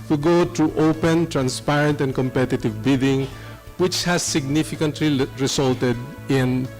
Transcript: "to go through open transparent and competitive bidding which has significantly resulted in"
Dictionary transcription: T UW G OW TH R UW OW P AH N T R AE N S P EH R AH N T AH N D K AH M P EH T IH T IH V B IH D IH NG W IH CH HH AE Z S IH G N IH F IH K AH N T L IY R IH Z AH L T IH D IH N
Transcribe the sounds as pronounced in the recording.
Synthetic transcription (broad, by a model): T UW G OW T R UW OW P AH N T R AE N S P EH R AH N T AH N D K AH M P EH T IH T IH V B IH D IH NG W IH CH HH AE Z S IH G N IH F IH K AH N T L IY R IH S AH L T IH D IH N